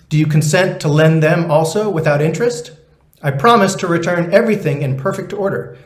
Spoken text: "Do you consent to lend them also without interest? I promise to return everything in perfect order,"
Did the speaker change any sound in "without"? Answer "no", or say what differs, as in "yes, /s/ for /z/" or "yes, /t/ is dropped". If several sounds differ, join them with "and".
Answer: no